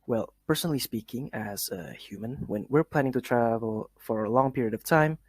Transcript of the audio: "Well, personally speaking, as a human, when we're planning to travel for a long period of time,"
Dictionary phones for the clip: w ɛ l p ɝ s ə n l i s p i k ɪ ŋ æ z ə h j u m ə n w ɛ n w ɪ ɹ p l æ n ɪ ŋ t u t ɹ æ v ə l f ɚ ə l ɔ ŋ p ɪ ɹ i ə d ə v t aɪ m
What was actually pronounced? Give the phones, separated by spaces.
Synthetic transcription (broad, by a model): w ɛ l p ɝ s ə n l i s p i k ɪ ŋ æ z ə h j u m ə n w ɛ n w ɪ ɹ p l æ n ɪ ŋ t u t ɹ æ v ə l f ɚ ə l ɔ ŋ p ɪ ɹ i ə d ə v t aɪ m